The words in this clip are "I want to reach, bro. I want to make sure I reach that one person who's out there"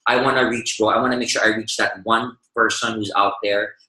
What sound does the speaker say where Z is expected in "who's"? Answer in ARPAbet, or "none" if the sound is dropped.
Z